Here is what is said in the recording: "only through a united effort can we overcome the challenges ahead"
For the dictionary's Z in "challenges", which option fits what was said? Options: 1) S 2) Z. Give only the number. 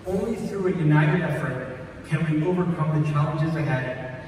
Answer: 2